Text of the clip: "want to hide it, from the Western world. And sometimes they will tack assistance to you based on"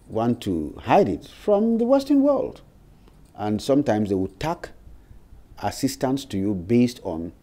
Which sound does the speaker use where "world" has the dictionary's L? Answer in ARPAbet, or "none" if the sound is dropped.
L